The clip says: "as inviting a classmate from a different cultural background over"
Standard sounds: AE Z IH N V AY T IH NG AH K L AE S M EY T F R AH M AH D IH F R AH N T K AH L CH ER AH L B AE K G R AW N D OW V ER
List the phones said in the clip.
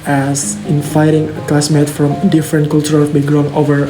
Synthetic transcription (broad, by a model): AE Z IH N F AY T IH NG AH K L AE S M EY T F R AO M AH D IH F R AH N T K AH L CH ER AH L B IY G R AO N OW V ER